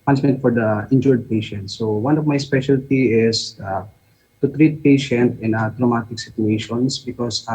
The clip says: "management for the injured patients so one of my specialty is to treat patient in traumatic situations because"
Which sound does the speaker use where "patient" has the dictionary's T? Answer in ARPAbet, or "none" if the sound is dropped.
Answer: T